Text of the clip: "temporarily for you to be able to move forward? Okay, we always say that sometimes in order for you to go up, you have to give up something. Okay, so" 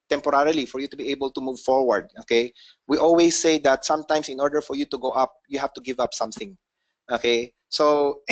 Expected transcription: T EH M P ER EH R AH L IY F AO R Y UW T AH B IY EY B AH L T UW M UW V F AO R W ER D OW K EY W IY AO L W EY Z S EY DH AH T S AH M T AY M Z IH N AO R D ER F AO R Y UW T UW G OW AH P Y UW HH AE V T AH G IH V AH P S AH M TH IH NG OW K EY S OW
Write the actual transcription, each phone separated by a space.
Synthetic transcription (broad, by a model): T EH M P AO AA R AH L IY F AO R Y UW T AH B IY EY B AH L T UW M UW V F AO R W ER D OW K EY W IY AO L W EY S EY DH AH T S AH M T AY M S IH N AO R D ER F AO R Y UW T UW G OW AH P Y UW HH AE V T AH G IH V AH P S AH M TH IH NG OW K EY S OW